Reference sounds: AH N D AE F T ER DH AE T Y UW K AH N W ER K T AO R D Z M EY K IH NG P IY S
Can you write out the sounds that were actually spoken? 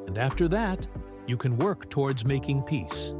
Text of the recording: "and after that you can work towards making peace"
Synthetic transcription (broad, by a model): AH N D AE F T ER DH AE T Y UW K AH N W ER K T AO R D Z M EY K IH NG P IY S